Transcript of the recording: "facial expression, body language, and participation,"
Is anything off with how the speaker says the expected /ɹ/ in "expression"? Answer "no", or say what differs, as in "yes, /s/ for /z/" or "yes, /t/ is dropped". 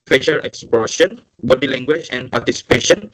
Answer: yes, /ɹ/ is dropped